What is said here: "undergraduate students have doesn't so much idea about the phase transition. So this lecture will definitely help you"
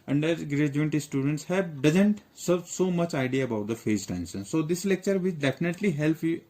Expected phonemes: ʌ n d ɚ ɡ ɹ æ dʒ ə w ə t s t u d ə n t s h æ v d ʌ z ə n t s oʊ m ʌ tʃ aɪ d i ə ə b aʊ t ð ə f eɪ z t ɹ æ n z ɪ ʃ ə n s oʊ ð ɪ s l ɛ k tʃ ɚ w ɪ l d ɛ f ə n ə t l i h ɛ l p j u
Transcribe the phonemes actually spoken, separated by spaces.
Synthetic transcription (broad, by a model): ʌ n d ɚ ɡ ɹ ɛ dʒ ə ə t s t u d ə n t s h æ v d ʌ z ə n t s oʊ m ʌ tʃ aɪ d i ə ə b aʊ t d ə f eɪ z t æ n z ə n s oʊ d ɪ s l ɛ k tʃ ɚ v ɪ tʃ d ɛ f ə n ə t l i h ɛ l p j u